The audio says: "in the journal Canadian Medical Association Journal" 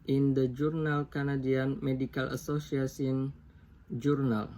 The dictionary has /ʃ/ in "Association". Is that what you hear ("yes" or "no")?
no